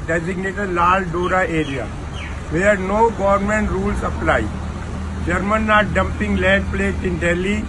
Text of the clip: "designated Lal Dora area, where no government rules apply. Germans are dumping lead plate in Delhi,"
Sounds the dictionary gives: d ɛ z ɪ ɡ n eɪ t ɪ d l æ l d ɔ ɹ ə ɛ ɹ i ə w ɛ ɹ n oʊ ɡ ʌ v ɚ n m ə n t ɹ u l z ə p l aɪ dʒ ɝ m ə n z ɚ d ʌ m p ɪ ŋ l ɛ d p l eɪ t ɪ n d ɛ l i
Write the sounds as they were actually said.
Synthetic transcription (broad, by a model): d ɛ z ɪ ɡ n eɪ t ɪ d l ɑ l d ɔ ɹ ə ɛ ɹ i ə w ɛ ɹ n oʊ ɡ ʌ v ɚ n m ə n t ɹ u l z ə p l aɪ dʒ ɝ m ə n ɑ d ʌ m p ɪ ŋ l ɛ d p l eɪ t ɪ n d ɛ l i